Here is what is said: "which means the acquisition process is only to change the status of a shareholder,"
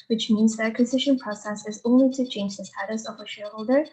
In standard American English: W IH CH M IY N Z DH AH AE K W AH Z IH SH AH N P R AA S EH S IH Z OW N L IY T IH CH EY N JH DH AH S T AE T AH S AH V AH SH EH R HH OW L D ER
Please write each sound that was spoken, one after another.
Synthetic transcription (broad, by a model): W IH CH M IY N Z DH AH AE K W AH Z IH SH AH N P R AA S EH S IH Z OW N L IY T IH CH EY N JH DH AH S T AE T AH S AH V AH SH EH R HH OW L D ER